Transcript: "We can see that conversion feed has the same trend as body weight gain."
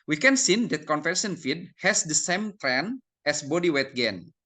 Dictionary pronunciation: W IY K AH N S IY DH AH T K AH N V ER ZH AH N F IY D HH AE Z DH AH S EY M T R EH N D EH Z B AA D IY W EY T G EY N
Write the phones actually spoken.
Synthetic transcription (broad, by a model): W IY K AH N S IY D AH T K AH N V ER S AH N F IY D HH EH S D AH S EY M T R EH N EH S B AA D IY W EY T G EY N